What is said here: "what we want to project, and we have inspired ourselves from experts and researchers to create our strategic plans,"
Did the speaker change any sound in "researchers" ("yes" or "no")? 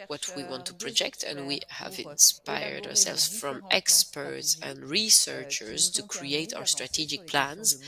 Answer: no